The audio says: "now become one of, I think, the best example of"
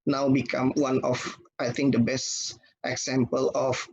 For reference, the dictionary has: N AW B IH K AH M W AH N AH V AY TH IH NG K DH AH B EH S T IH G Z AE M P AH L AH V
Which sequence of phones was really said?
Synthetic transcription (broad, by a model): N AW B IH K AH M W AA N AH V AY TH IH NG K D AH B EH S T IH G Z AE M P AH L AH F